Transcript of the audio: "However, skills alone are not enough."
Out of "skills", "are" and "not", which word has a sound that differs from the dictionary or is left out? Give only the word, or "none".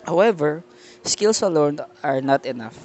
skills